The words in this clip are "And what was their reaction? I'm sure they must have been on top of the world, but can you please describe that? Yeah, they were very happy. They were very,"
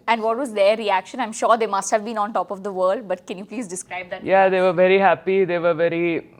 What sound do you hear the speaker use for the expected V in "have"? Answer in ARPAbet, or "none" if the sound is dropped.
V